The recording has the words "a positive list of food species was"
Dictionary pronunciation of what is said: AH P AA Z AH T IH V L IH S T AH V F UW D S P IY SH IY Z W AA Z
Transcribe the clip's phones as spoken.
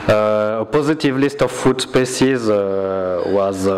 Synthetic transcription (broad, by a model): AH P AA Z AH T IH V L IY S T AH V F UW D S P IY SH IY Z W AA Z